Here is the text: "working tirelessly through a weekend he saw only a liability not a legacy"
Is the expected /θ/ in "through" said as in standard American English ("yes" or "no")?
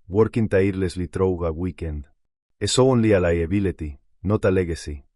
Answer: no